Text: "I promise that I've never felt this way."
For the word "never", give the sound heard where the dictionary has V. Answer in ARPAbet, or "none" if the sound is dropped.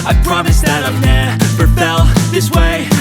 P